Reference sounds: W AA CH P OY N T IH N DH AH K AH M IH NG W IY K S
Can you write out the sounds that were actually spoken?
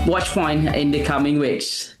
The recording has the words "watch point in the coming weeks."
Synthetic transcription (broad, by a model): W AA CH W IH N IH N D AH K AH M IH NG W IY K S